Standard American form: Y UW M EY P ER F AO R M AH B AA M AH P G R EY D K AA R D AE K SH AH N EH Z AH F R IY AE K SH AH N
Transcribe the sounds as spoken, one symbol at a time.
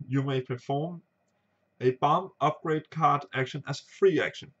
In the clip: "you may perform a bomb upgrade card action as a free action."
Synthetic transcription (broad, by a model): Y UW M EY P ER F AO R M AH B AA M AH P G R EY D K AA R D AE K SH AH N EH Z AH F R IY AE K SH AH N